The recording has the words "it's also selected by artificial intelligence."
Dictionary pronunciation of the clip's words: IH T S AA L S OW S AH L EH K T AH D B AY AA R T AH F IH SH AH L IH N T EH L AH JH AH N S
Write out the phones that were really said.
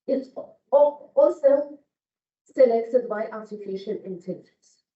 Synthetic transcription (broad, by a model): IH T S AA L S OW S AH L EH K T AH D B AY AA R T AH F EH SH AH N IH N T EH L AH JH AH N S